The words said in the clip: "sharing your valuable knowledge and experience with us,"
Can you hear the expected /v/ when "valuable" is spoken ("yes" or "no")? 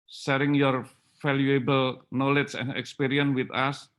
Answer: no